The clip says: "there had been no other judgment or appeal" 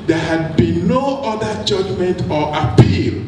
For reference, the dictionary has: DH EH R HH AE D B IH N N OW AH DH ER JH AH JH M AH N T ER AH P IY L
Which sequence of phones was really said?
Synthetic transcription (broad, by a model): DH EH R HH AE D B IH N N OW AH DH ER JH AH JH M AH N T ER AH P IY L